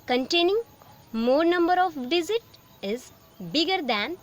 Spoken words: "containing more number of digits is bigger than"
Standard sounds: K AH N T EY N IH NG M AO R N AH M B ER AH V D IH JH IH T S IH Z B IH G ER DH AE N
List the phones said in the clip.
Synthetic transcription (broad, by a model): K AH N T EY N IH NG M AO R N AH M B ER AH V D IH Z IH T IH Z B IH G ER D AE N